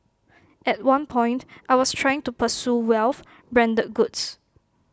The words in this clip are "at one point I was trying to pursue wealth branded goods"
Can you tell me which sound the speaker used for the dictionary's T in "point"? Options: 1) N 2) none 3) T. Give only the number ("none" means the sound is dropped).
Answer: 3